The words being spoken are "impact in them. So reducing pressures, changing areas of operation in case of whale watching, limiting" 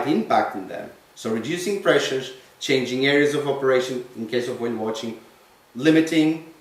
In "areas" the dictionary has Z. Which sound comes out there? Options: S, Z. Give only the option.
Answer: Z